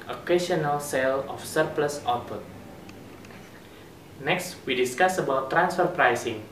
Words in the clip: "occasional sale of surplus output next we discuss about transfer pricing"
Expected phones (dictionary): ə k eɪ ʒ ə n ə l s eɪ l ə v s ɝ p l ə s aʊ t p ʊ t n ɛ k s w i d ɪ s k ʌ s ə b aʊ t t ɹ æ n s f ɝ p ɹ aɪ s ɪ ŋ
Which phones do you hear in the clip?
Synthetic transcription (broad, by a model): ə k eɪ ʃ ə n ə l s eɪ l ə f s ɝ p l ə s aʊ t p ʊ t n ɛ k s w i d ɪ s k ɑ s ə b aʊ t t ɹ æ n s f ɝ p ɹ aɪ s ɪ ŋ